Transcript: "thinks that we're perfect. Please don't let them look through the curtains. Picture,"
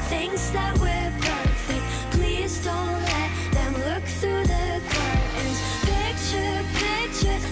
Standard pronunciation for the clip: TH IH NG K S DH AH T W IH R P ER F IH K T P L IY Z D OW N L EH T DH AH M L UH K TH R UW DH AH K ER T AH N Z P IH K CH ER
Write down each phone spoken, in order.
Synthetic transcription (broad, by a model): TH IH NG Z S DH AH T W IH R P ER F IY P L IY Z D OW N L EH T DH AH M L UH K TH R UW DH AH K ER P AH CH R P IH K CH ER